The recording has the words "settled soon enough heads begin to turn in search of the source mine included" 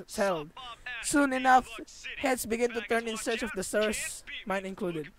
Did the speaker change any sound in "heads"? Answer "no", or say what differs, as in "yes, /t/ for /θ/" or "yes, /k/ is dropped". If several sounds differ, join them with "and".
yes, /s/ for /z/